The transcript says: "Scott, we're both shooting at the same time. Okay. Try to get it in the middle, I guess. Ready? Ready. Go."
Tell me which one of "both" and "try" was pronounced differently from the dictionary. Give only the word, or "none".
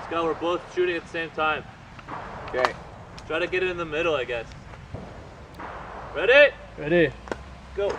none